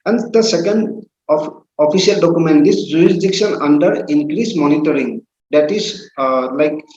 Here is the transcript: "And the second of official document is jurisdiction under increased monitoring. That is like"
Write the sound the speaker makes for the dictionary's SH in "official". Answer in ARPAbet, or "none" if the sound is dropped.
none